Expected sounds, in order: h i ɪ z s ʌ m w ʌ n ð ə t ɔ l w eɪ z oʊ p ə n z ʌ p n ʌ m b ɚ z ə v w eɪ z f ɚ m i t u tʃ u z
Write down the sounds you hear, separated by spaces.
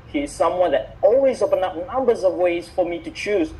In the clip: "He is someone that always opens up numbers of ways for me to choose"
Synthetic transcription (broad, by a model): h i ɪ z s ʌ m w ʌ n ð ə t ɔ l w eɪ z oʊ p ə n ʌ p n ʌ m b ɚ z ə v w eɪ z f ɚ m i t u tʃ u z